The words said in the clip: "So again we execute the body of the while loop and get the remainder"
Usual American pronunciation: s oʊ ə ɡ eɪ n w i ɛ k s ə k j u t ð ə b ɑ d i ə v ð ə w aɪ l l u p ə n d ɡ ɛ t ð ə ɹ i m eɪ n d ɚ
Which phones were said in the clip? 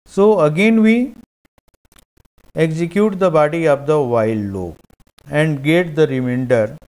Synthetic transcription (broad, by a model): s oʊ ə ɡ eɪ n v i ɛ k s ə k j u t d ə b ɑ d i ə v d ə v aɪ l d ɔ ə n d ɡ ɛ t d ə ɹ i m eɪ n d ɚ